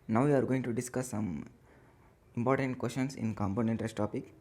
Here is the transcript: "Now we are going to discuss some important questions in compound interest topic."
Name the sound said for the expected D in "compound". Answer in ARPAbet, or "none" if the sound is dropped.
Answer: none